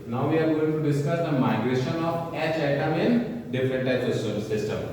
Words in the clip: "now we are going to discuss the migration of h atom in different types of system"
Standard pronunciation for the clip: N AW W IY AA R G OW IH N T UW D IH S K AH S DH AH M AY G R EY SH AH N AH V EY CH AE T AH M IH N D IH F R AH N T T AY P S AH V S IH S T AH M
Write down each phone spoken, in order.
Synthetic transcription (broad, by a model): N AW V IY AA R G OW IH N T UW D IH S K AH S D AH M AY G R EY SH AH N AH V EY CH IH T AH M IH N D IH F R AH N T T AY S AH S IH S T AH M